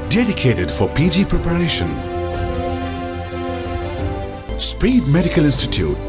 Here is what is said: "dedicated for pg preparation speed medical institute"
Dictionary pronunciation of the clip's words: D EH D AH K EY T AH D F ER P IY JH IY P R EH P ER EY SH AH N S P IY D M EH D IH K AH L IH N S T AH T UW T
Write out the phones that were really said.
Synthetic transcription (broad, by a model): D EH D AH K EY T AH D F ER P IY JH IY P R EH P ER EY SH AH N S P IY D M EH D IH K AH L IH N S T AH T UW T